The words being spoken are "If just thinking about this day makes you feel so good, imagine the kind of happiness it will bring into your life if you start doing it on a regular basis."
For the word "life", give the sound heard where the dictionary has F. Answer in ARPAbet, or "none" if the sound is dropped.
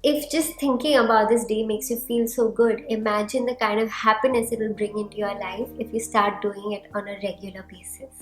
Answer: F